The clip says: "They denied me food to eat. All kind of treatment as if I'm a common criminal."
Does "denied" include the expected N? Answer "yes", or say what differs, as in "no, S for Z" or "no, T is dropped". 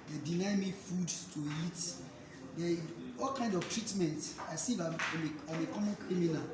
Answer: no, L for N